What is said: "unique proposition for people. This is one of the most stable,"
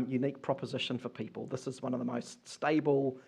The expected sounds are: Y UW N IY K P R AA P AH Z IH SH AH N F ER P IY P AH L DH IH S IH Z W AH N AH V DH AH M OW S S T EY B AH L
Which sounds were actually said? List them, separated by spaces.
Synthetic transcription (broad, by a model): Y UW N IY K P R AA P AH Z IH SH AH N F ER P IY P AH L DH IH S IH Z W AH N AH V DH AH M OW S S T EY B AH L